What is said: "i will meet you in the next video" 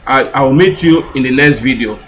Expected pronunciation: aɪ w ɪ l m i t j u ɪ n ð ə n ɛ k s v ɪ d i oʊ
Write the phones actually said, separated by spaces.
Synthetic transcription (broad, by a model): aɪ w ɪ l m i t j u ɪ n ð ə l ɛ s v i d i oʊ